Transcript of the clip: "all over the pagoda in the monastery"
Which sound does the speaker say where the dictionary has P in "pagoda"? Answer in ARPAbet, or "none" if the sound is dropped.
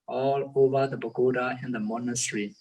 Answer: B